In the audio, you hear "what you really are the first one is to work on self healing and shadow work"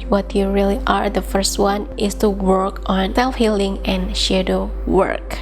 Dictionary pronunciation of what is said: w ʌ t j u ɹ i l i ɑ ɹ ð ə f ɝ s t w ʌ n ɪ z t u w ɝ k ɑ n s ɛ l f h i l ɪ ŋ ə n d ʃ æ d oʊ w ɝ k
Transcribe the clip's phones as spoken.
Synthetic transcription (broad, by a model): w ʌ t j u ɹ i l i ɑ ɹ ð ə f ɝ s t w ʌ n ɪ s t u w ɝ k ɑ n s ɛ l f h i l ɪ ŋ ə n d ʃ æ d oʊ w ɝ k